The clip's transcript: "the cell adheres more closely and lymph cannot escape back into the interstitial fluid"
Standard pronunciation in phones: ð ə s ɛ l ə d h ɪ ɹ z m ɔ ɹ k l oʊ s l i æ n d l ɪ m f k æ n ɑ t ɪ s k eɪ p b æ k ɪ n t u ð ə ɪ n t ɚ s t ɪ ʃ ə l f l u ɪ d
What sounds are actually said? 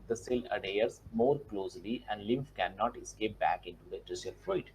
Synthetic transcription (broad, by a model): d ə s ɛ l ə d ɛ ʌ ɹ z m ɔ ɹ k l oʊ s l i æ n d l ɪ m f k æ n ɑ t ɪ s k eɪ p b æ k ɪ n t u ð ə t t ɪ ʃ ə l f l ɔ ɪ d